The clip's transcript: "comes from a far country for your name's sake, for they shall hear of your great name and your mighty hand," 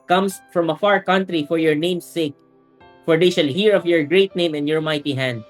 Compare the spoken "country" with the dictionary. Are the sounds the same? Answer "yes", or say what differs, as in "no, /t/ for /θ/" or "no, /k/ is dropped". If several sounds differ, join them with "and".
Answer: yes